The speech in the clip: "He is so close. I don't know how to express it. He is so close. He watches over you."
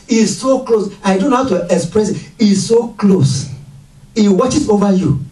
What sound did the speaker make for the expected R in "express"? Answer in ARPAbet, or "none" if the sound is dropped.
R